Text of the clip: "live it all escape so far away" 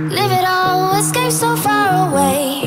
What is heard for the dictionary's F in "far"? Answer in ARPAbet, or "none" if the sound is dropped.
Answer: F